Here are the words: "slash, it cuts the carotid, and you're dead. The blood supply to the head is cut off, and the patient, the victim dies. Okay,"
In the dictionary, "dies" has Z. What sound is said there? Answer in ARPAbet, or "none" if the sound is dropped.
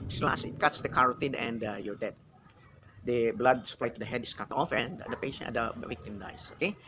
S